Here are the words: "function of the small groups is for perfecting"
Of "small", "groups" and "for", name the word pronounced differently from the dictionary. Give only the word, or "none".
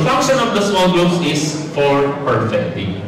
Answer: groups